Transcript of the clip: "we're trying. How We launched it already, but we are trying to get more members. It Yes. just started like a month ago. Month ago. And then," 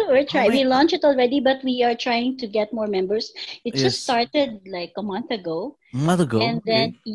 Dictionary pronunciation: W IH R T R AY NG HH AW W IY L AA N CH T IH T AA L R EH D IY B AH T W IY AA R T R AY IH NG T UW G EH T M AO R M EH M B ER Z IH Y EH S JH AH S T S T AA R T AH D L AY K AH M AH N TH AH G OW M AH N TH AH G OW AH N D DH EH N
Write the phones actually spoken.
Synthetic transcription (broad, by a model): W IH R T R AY W IY L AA N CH IH T AA L R EH D IY B AH T W IY AA R T R AY IH NG T UW G EH T M AO R M EH M B ER S IH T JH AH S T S T AA R T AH D L AY K AH M AH N TH AH G OW M AH N TH AH G OW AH N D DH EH N